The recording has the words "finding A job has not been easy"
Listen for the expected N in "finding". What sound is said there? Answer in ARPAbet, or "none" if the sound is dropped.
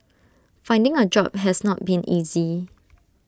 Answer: N